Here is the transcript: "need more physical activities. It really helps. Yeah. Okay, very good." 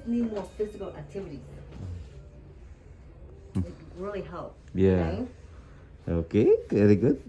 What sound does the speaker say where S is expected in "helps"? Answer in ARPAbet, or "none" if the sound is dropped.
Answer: none